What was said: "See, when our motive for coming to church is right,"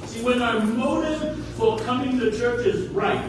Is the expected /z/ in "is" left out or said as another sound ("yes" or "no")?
no